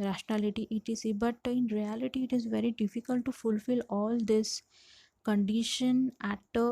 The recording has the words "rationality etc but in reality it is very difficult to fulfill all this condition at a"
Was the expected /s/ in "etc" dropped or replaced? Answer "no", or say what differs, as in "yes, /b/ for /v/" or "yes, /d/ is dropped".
yes, /s/ is dropped